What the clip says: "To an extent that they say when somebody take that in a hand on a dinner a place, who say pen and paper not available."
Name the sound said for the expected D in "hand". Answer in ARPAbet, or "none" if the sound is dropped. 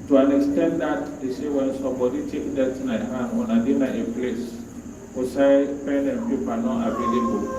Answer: none